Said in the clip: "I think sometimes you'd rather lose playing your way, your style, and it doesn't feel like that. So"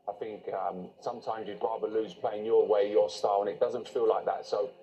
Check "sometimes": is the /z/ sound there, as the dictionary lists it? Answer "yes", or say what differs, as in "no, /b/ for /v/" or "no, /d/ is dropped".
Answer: yes